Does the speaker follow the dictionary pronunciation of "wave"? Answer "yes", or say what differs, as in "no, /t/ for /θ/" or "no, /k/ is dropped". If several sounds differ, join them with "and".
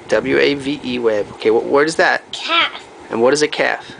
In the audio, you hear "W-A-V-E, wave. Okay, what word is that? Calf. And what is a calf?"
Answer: no, /b/ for /v/